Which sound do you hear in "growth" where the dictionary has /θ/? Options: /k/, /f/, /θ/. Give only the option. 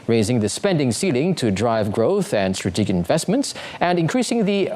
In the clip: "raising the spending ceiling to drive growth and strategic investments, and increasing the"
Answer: /θ/